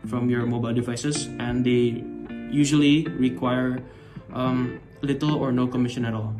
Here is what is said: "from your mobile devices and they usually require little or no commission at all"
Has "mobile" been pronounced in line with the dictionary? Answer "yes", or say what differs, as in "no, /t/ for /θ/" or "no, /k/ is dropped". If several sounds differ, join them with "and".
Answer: yes